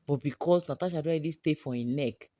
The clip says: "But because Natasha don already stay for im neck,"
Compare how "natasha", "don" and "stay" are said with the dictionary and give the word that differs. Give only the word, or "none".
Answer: don